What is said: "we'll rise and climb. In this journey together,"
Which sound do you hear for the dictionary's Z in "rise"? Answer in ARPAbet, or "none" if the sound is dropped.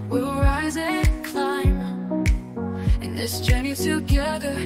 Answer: Z